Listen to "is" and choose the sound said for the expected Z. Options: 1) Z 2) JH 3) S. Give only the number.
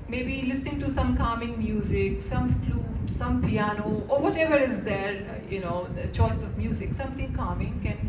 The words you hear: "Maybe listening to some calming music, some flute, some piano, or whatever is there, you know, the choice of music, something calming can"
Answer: 1